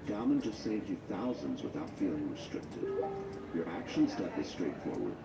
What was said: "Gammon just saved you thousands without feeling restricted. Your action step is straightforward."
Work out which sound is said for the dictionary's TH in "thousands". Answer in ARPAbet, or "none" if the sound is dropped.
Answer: TH